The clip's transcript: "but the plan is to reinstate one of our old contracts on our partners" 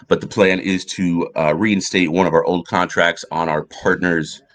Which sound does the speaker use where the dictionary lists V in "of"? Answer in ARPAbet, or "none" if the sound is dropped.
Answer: V